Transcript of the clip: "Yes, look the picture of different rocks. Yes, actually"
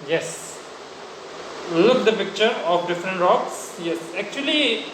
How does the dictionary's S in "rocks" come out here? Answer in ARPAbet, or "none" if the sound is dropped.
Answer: S